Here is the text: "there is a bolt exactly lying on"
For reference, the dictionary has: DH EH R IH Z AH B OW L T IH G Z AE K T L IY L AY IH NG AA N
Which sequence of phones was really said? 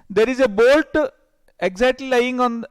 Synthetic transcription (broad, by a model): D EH R IH Z AH B OW L T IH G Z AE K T L IY L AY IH NG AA N